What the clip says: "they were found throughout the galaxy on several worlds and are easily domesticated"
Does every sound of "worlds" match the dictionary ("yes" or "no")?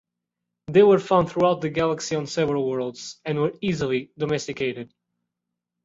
yes